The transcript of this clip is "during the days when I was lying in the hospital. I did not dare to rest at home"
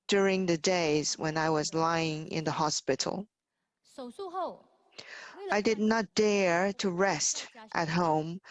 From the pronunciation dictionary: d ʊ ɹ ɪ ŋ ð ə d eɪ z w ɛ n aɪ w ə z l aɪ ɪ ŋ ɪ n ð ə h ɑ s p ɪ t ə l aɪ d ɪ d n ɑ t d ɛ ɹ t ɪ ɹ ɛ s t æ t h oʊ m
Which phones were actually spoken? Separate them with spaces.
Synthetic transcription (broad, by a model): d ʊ ɹ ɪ ŋ ð ə d eɪ z w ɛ n aɪ w ə z l aɪ ɪ ŋ ɪ n ð ə h ɑ s p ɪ t l aɪ d ɪ d n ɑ t d ɛ ɹ t ɪ ɹ ɛ s t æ t h oʊ m